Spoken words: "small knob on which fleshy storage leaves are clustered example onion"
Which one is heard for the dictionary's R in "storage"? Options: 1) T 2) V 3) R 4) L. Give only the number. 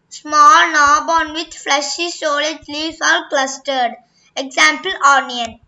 4